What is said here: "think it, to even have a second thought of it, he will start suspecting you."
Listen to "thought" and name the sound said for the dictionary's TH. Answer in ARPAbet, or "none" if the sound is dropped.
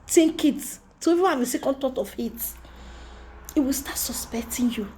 T